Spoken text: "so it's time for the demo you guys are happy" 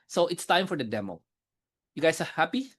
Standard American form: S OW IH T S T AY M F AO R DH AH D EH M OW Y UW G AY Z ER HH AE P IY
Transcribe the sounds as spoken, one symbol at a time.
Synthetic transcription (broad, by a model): S OW IH T S T AY M F AO R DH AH D EH M OW Y UW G AY S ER HH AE P IY